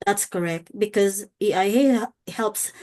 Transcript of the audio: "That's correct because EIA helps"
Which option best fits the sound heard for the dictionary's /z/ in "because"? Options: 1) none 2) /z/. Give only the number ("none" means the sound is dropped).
2